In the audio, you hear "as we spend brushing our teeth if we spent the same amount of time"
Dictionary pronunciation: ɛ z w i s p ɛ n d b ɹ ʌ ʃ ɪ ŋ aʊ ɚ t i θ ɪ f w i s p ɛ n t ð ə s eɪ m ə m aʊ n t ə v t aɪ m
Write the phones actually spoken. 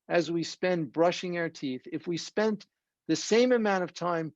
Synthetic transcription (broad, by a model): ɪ z w i s p ɛ n b ɹ ʌ ʃ ɪ ŋ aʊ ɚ t i θ ɪ f w i s p ɛ n ð ə s eɪ m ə m aʊ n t ə v t aɪ m